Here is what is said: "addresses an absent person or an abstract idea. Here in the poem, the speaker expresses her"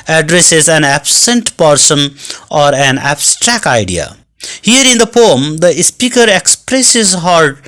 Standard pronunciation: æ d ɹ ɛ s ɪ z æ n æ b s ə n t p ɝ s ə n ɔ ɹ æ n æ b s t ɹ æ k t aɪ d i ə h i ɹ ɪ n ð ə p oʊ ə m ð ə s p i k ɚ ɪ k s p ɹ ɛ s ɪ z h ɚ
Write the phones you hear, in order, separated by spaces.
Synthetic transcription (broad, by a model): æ d ɹ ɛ s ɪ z æ n æ b s ə n t p ɝ s ə n ɔ ɹ æ n æ b s t ɹ æ k t aɪ d i ə h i ɹ ɪ n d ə p oʊ ə m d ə s p i k ɚ ɪ k s p ɹ ɛ s ɪ z h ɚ